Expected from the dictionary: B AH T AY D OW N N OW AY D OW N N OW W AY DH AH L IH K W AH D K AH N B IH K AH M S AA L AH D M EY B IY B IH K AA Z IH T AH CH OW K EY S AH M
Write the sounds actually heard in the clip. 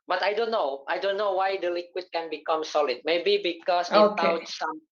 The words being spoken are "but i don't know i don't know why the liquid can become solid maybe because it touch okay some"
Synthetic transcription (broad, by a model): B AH T AY D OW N N OW AY D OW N N OW W AY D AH L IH K W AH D K AH N B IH K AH M S AA L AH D M EY B IY B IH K AA S IH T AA UH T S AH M